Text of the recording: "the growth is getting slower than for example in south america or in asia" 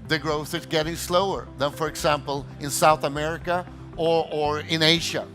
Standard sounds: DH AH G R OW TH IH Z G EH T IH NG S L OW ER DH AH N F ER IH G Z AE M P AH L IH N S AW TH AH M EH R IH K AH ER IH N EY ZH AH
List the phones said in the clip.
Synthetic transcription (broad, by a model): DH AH G R OW TH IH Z G EH T IH NG S L OW ER DH AH N F ER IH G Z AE M P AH L IH N S AW TH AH M EH R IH K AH ER IH N EY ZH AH